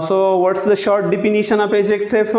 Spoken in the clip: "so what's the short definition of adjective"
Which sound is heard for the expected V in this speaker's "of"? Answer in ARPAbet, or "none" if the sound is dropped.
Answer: P